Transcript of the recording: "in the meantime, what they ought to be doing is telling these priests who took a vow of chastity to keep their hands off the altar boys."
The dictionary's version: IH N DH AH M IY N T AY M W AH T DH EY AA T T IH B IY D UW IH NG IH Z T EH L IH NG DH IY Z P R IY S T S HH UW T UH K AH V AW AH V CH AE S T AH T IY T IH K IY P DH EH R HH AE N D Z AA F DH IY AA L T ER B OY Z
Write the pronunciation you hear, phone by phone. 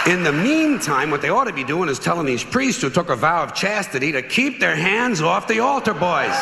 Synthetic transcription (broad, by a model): IH N DH AH M IY N T AY M W AH T DH EY AA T T IH B IY D UW IH NG IH Z T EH L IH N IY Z P R IY S T S HH UW T UH K AH V AW AH V CH AE S T AH T IY T IH K IY P DH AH R HH AE N D Z AA F DH IY AA L T ER B OY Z